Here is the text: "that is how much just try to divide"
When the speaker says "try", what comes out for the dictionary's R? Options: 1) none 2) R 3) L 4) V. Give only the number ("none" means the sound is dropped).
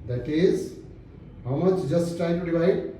1